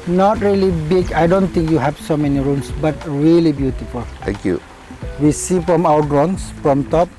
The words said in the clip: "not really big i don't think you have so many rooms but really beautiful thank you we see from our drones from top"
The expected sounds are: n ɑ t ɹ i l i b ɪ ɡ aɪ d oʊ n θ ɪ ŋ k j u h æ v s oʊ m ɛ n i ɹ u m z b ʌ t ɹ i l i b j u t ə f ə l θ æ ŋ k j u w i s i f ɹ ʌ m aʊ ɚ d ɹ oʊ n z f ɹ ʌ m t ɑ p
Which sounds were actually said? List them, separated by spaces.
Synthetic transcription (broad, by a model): n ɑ t ɹ i l i b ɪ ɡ aɪ d oʊ n t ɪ ŋ k j u h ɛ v s oʊ m ɛ n i ɹ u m s b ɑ t ɹ i l i b j u t ə f ə l t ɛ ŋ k j u w i s i f ɹ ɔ m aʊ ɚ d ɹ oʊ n s f ɹ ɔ m t ɑ p